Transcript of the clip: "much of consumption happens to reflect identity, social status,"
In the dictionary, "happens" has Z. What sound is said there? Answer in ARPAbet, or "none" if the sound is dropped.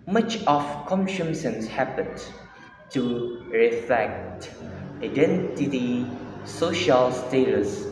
none